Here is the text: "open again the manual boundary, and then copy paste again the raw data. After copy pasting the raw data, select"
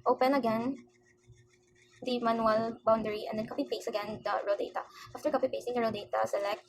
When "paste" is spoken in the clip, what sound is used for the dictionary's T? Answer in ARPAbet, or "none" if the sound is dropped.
none